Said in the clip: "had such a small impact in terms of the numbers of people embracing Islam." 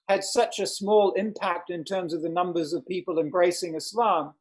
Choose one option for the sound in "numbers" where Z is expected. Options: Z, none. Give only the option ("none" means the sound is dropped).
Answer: Z